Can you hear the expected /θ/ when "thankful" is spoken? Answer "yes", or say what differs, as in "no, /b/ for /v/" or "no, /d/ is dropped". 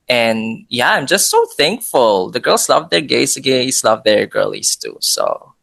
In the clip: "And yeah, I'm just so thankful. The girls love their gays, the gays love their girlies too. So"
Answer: yes